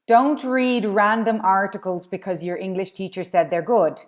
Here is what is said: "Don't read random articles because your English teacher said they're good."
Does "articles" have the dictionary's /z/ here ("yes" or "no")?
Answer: yes